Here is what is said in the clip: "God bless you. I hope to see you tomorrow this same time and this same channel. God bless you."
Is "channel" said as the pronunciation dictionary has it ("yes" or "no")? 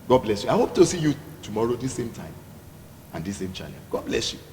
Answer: no